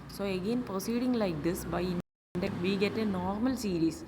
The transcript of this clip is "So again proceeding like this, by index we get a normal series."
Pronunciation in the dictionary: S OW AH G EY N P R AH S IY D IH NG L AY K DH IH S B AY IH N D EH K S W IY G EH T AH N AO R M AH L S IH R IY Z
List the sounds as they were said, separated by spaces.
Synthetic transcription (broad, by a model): S OW AH G EY N P R AH S IY D IH NG L AY K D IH S B AY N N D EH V IY G EH T AH N AO R M AH L S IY R IY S